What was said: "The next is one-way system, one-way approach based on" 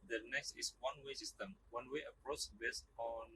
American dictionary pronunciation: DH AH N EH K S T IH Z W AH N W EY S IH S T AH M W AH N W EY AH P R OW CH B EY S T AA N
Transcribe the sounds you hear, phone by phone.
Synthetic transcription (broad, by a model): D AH N EH K S T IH S W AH N W EY S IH S T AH M W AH N W EY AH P R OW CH B EY S T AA N